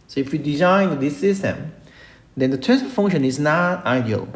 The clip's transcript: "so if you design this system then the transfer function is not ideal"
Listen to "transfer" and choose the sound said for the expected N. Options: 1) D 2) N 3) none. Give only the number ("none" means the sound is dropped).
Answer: 3